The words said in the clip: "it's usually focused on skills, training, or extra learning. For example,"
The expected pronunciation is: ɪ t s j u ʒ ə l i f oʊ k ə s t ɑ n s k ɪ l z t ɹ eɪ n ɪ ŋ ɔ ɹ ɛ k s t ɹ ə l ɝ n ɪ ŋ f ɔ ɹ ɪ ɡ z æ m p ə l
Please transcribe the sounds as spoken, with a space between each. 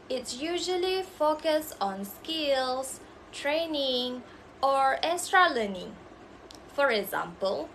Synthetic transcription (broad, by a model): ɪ t s j u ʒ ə l i f oʊ k ə s t ɑ n s k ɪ l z t ɹ eɪ n ɪ ŋ ɔ ɹ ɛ s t ɹ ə l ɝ n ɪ f ɔ ɹ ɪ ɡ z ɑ m p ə l